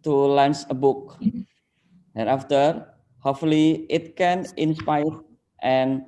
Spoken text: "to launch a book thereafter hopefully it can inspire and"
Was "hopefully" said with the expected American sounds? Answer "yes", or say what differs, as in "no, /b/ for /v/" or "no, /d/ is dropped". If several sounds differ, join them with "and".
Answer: no, /p/ is dropped